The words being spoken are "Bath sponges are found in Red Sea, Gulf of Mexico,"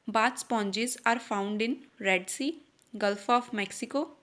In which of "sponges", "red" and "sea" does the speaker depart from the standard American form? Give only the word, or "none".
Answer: sponges